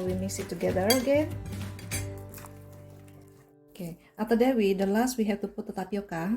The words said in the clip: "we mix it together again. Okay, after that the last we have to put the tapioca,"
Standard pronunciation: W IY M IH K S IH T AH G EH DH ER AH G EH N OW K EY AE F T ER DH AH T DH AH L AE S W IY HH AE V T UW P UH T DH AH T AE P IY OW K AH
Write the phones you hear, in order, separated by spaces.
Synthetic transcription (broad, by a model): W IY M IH S IH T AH G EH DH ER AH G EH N OW K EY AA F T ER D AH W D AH L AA S W IY HH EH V T UW P UH T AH T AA P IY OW K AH